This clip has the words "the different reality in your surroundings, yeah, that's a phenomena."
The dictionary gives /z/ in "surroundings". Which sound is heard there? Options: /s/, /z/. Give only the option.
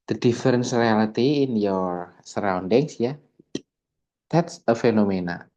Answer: /s/